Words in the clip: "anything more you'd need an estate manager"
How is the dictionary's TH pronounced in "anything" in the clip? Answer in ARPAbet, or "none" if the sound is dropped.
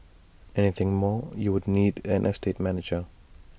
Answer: TH